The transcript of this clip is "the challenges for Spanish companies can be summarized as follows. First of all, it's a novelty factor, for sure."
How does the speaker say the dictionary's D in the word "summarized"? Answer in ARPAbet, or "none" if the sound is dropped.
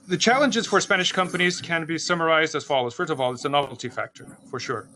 D